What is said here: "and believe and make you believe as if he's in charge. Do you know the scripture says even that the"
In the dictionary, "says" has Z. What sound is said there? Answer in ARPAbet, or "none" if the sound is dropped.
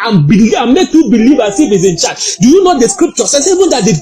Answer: S